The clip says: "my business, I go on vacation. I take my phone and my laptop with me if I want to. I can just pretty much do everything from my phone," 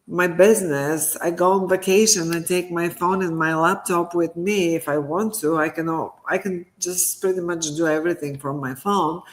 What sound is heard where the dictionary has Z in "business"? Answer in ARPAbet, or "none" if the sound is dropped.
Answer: Z